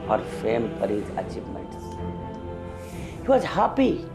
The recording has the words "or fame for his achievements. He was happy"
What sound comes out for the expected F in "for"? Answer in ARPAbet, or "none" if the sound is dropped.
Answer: P